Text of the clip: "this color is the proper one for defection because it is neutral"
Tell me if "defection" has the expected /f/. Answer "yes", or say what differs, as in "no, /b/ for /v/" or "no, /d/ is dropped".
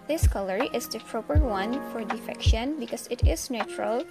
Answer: yes